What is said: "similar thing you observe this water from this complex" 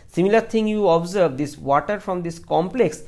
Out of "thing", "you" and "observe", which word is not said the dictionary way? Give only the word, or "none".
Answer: thing